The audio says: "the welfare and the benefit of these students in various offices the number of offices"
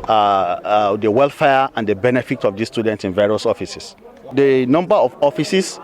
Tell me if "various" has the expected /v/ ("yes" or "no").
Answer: yes